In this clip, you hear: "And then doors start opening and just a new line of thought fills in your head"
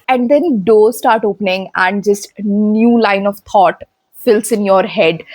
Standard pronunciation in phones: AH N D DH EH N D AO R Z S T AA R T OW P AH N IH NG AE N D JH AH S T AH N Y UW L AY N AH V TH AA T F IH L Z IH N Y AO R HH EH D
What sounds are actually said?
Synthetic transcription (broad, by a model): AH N D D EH N D AO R S T AA R T OW P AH N IH NG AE N D JH AH S T N Y UW L AY N AH V T AA T F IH L S IH N Y AO R HH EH D